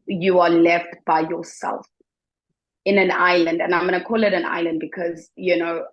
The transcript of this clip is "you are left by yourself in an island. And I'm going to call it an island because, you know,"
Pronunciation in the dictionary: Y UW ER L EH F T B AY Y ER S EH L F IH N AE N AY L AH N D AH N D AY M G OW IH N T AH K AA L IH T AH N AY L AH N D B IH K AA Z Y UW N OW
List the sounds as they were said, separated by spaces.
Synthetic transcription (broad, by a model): Y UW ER L EH F T B AY Y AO S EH L F IH N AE N AY L AH N D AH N AY M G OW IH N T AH K AA L IH T AH N AY L AH N D B IH K AA Z Y UW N OW